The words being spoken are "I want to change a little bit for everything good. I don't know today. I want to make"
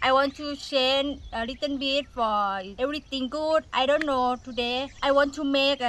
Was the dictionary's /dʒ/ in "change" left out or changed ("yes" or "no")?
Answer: yes